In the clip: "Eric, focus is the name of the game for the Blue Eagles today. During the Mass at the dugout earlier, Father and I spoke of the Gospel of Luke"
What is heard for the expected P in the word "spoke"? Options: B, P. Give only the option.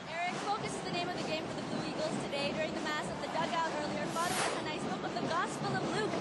B